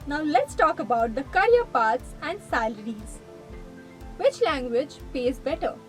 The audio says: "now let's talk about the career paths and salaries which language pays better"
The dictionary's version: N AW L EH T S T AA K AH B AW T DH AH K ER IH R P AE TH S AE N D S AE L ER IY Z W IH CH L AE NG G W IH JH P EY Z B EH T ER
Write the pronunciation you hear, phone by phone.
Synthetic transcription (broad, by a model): N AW L EH T S T AA K AH B AW T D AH K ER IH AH P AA T S AE N D S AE L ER IY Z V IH CH L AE NG G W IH JH P EY Z B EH T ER